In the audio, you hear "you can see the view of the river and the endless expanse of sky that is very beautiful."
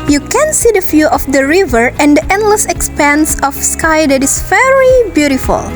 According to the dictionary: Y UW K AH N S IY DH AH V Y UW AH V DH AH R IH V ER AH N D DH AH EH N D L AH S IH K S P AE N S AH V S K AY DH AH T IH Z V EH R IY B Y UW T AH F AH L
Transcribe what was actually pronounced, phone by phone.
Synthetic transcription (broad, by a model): Y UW K AH N S IY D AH F Y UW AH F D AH R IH V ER AH N D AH EH N D L AH S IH K S P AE N S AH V S K AY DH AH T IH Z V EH R IY B Y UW T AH F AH L